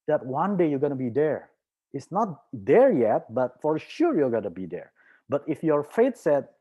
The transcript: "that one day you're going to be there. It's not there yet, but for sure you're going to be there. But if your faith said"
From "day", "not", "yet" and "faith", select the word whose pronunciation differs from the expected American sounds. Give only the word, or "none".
faith